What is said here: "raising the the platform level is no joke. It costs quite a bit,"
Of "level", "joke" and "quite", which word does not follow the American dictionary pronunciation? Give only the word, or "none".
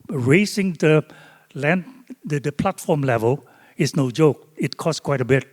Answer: none